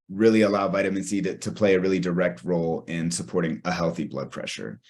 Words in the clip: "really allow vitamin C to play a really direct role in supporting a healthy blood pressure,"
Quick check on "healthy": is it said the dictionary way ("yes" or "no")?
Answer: yes